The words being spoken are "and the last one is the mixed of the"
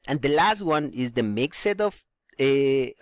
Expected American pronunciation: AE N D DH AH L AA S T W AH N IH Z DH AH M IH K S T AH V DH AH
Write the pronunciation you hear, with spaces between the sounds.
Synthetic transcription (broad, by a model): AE N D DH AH L AA S T W AH N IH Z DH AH M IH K S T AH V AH